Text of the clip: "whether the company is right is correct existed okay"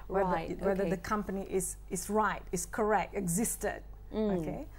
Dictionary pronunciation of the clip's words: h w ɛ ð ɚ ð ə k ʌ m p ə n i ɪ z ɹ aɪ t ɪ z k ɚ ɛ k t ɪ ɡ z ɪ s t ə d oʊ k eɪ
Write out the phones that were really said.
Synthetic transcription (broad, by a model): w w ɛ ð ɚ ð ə k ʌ m p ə n i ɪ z ɹ aɪ t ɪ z k ɚ ɛ k t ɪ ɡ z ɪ s t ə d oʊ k eɪ